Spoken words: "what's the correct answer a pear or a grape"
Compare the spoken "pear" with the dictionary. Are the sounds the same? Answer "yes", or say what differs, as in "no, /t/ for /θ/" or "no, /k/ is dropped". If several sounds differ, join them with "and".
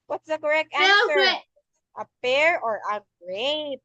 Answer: no, /f/ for /p/